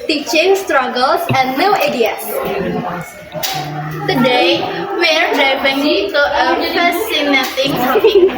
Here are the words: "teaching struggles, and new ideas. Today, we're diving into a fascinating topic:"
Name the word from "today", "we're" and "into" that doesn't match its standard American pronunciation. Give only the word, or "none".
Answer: into